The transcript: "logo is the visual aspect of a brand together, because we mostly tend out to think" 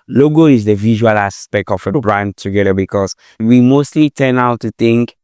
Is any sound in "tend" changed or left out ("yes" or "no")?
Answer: yes